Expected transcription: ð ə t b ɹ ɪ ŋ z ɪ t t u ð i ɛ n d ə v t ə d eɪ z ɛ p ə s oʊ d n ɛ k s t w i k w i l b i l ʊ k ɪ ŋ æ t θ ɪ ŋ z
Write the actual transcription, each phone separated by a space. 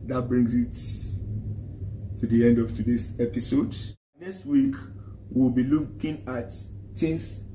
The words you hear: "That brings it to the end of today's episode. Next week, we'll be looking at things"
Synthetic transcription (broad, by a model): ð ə t b ɹ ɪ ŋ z ɪ t t u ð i ɛ n d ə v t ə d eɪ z ɛ p ə s oʊ d n ɛ k s t w i k w i l b i l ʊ k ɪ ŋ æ t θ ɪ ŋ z